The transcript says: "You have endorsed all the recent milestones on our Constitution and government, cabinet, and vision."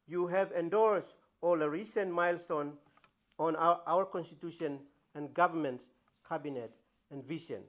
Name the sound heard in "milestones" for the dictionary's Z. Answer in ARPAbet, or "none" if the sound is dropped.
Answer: none